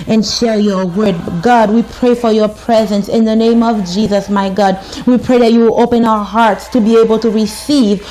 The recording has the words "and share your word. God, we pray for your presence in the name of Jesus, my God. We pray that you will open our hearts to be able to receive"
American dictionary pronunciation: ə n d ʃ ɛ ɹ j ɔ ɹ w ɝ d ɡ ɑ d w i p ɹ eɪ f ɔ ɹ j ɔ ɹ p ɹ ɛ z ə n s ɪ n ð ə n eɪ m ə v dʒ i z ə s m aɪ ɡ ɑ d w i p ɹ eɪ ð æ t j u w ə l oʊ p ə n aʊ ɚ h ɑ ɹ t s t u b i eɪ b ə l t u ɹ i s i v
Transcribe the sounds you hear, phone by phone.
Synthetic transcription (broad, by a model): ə n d ʃ ɛ ɹ j ɔ ɹ w ɝ d ɡ ɑ d w i p ɹ eɪ f ɔ ɹ j ɔ ɹ p ɹ ɛ z ə n s ɪ n ð ə n eɪ m ə v dʒ i z ə s m aɪ ɡ ɑ d w i p ɹ eɪ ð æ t j u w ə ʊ p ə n aʊ ɚ h ɑ ɹ t s t u b i eɪ b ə l t u ɹ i s i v